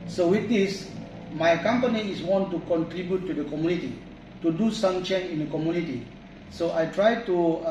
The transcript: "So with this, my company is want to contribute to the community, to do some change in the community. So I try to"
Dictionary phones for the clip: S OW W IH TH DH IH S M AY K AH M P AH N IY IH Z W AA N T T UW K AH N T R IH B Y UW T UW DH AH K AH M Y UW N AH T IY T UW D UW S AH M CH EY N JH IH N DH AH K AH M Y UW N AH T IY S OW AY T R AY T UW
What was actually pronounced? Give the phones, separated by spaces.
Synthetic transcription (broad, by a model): S OW W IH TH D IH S M AY K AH M P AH N IY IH S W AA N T T UW K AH N T R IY B Y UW T UW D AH K AH M Y UW N AH T IY T UW D UW S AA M CH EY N IH N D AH K AH M Y UW N AH T IY S OW AY T R AY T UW